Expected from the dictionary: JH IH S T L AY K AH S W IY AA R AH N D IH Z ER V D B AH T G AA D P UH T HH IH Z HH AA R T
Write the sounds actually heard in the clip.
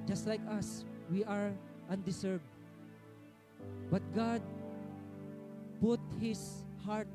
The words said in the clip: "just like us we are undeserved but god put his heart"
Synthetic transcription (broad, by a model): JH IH S T L AY K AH S W IY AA R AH N D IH S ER B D B AH T G AA D P UH T HH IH S HH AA R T